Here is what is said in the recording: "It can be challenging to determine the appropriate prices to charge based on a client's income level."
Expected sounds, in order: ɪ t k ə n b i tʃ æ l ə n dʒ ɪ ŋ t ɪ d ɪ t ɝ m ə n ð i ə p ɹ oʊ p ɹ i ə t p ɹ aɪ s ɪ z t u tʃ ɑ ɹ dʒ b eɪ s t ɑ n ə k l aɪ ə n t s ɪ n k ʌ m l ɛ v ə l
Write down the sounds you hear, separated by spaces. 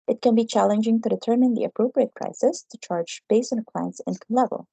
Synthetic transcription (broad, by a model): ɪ t k ə n b i tʃ æ l ə n dʒ ɪ ŋ t ɪ d ɪ t ɝ m ə n ð i ə p ɹ oʊ p ɹ i ə t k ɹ aɪ s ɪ s t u tʃ ɑ ɹ dʒ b eɪ s ʌ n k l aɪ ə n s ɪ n k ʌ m l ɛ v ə l